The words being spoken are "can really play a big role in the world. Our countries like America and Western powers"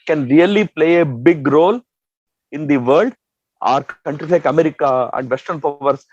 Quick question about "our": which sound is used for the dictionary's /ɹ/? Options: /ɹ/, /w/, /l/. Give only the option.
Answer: /ɹ/